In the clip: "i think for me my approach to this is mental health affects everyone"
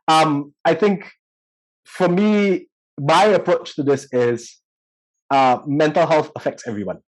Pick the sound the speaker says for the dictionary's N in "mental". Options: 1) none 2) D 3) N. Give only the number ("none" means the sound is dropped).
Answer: 3